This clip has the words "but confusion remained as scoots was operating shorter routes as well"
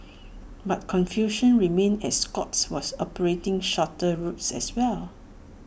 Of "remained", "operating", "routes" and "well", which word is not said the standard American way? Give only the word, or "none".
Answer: remained